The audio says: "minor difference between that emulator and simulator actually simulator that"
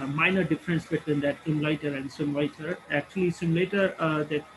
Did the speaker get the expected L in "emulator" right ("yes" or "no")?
no